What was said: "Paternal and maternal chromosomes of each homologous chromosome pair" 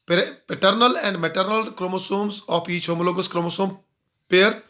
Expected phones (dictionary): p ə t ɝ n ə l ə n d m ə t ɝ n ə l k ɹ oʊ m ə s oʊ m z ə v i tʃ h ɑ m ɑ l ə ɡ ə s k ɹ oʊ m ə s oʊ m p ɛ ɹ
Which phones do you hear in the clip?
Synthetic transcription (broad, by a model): p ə t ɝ n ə l ə n d m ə t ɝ n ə l k ɹ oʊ m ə s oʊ m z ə p i tʃ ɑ m l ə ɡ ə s k ɹ oʊ m ə s oʊ m p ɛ ɹ